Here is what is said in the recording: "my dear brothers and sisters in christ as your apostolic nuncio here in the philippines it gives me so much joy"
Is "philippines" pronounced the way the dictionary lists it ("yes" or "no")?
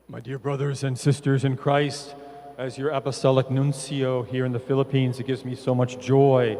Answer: yes